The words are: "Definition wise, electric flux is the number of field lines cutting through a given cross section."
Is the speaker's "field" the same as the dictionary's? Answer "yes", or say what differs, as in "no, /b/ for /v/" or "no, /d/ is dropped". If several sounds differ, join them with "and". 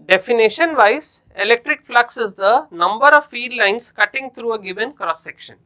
no, /l/ is dropped